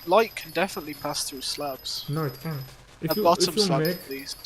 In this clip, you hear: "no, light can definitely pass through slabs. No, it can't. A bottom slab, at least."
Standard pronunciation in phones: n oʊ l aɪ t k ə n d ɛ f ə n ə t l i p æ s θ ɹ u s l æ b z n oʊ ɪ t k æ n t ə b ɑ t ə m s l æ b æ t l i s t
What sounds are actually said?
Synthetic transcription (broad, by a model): l aɪ t k ə n d ɛ f ə n ə t l i p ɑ s θ ɹ u s l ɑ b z n oʊ ɪ t k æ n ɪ ə b ɑ t ə m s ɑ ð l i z